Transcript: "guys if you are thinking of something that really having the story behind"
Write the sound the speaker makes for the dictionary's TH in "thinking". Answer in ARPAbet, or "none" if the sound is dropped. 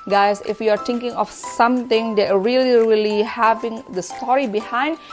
T